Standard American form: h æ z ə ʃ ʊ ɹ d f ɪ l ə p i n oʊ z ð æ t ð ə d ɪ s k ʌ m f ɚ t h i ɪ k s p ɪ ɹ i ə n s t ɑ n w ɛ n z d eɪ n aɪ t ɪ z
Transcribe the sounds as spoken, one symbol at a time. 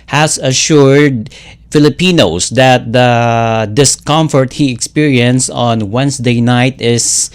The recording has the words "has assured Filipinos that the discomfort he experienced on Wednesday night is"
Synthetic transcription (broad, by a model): h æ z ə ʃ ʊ ɹ d f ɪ l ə p i n oʊ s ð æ t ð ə d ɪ s k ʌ m f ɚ t h i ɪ k s p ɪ ɹ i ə n s ɑ n w ɛ n s d eɪ n aɪ t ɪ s